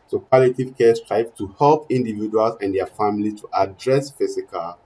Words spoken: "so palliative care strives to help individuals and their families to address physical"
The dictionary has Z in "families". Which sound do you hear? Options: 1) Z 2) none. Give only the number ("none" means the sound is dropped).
2